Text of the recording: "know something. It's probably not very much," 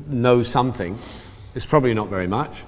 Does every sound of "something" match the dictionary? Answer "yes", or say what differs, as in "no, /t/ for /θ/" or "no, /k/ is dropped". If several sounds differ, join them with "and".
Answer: yes